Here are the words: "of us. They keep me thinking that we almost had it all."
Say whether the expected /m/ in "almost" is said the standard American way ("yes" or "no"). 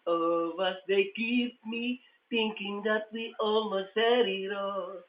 no